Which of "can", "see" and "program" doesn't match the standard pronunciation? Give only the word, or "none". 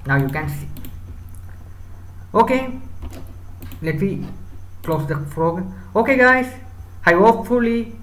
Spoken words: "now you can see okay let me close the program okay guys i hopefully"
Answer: program